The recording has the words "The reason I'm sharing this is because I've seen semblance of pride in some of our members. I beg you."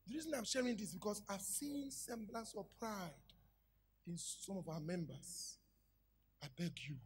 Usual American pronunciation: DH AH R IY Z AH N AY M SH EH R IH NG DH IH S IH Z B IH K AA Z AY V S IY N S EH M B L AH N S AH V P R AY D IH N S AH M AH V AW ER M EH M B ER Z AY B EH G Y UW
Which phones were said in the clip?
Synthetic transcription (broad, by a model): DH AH R IY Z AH N AY M SH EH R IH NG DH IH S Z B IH K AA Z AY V S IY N S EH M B L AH S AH P R AY D IH N S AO M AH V AW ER M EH M B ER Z AY B EH G Y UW